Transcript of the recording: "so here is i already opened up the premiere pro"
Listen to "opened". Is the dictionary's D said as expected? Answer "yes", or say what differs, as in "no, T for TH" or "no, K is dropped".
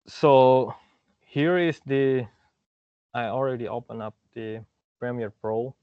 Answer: no, D is dropped